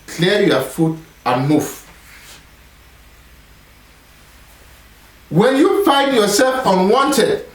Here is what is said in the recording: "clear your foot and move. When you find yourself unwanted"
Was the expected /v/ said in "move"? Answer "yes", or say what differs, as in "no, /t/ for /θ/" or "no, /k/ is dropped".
no, /f/ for /v/